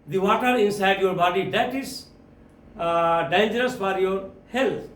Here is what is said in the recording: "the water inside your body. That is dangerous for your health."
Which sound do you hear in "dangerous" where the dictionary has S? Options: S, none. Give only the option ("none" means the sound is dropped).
S